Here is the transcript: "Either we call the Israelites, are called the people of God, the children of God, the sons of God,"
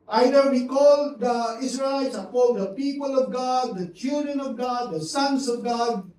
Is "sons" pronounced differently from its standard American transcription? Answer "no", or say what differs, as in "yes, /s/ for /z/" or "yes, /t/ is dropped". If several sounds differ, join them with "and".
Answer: yes, /s/ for /z/